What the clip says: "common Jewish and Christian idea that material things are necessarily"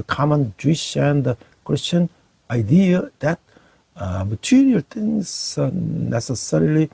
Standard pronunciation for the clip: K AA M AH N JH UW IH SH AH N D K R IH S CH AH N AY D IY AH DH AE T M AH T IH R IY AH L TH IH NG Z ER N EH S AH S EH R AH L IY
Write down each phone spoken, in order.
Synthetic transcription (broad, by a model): K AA M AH N JH UW IH SH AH N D K R IH S CH AH N AY D IY AH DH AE T M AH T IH R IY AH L T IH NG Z N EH S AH S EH R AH L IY